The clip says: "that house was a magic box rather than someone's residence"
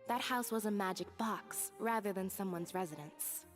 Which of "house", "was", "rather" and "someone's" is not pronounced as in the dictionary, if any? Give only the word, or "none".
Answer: none